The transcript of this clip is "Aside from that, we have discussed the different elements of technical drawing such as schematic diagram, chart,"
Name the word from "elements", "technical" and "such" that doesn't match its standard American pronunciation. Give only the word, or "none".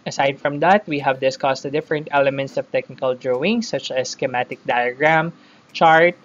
none